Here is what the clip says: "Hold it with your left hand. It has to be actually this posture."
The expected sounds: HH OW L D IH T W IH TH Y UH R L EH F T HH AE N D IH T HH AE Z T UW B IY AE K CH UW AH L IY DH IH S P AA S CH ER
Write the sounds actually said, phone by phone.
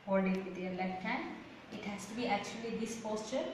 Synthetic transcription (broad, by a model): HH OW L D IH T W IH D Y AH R L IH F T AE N IH T HH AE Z T UW B IY AE K CH UW AH L IY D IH S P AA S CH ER